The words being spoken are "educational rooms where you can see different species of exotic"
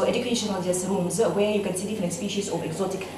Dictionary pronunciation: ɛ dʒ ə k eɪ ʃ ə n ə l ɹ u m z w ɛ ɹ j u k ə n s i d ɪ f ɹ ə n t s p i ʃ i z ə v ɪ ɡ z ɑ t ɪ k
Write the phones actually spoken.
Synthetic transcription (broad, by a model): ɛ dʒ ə k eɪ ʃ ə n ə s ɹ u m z w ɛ j u k ə n s i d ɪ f ə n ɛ s p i ʃ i s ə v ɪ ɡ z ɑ t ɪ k